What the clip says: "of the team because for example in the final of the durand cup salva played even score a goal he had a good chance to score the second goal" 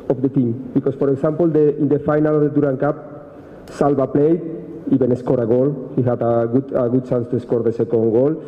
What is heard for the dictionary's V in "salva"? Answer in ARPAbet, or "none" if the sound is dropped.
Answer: B